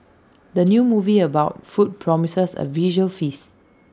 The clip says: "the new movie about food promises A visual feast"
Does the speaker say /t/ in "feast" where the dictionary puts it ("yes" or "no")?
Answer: no